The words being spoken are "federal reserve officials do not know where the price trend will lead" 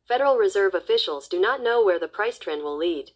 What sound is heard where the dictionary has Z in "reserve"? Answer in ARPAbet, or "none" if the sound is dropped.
Z